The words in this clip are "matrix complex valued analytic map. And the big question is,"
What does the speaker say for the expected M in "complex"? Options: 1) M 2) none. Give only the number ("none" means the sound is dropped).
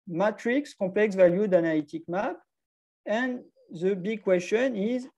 2